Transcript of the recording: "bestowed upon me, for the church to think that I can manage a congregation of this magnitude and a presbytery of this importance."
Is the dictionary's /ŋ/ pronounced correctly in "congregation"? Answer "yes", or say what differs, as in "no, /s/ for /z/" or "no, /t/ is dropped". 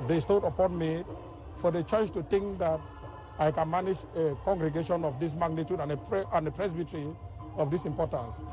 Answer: yes